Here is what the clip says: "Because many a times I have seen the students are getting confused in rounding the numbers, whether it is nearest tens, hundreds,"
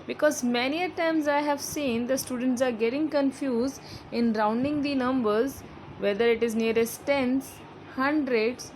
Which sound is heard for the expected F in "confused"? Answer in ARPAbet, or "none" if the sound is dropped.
F